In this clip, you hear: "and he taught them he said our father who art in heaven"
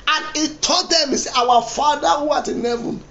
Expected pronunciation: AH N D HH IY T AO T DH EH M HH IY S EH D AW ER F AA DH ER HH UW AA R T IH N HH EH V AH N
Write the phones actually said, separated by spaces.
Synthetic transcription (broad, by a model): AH N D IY T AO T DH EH M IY S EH AW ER F AA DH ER HH UW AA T IH N HH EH V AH N